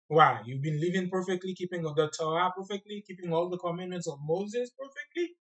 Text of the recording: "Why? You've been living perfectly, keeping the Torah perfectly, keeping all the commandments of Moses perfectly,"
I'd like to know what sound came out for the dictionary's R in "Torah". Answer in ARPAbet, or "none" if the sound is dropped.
none